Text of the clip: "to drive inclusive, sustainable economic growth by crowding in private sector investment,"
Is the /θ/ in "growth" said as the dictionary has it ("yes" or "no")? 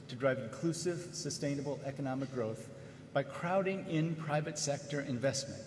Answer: yes